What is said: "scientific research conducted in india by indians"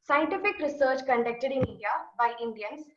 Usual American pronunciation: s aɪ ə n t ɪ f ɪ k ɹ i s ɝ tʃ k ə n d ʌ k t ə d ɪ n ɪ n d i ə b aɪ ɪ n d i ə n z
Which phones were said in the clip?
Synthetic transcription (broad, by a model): s aɪ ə n t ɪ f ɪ k ɹ i s ɝ tʃ k ə n d ʌ k t ə d ɪ n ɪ d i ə b aɪ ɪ n d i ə n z